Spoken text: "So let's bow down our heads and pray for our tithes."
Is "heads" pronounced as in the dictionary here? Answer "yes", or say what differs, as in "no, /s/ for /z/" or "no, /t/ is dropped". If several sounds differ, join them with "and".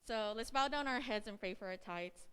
yes